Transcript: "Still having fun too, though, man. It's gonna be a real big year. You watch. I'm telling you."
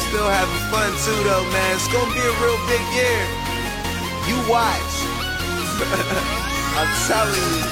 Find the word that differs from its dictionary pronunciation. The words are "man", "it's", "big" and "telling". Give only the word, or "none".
telling